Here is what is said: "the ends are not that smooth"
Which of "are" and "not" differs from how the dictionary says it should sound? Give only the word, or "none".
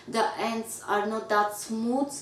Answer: none